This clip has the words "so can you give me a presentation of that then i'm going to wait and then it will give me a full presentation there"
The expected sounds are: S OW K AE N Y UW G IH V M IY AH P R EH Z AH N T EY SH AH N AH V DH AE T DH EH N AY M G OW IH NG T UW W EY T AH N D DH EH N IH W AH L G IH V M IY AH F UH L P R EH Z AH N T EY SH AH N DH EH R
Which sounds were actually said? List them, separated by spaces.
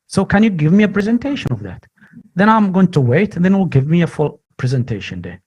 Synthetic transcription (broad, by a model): S OW K AE N Y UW G IH V M IY AH P R EH Z AH N T EY SH AH N AH V DH AE T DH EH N AY M G OW IH NG T UW W EY AH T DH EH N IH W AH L G IH V M IY AH F UH L P R EH Z AH N T EY SH AH N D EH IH